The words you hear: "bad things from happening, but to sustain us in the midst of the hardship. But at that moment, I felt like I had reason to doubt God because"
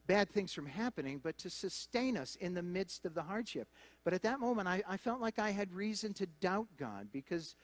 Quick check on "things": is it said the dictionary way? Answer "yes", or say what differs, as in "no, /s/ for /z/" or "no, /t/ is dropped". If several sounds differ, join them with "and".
yes